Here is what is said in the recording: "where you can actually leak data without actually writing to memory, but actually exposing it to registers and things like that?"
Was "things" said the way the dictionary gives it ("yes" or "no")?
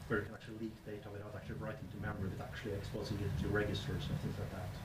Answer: yes